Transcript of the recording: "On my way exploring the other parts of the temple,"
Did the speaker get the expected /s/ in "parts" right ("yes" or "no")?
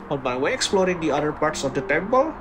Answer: yes